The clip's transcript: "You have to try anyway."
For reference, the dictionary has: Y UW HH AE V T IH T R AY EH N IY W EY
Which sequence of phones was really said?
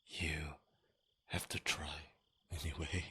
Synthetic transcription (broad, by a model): Y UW HH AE F T IH T R AY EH N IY W EY